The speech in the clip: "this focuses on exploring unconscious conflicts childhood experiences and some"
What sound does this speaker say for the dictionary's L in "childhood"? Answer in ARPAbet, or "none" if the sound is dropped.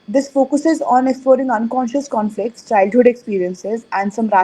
L